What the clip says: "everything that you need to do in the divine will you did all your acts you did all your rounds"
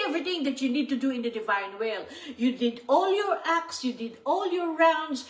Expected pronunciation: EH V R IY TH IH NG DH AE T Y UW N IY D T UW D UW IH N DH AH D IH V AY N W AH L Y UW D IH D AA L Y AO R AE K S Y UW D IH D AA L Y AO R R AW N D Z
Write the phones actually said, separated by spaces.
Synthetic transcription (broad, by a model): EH V R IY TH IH NG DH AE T Y UW N IY D T UW D UW IH N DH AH D IH V AY N W AH L Y UW D IH D AA L Y AO R AE K S Y UW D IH D AA L Y AO R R AW N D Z